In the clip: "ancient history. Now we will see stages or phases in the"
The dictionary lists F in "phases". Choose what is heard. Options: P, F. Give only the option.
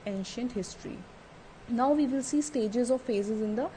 F